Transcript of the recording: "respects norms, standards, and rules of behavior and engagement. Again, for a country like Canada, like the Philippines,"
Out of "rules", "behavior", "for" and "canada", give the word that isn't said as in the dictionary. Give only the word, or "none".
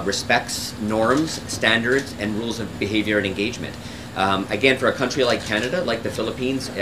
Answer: none